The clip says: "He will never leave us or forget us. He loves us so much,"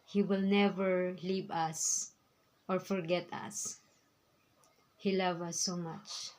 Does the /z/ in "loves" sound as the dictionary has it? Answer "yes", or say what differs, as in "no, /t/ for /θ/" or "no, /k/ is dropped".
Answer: no, /z/ is dropped